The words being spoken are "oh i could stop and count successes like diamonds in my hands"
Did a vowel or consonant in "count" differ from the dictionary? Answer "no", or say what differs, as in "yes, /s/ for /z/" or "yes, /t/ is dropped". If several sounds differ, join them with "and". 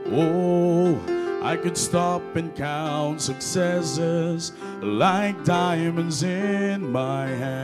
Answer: no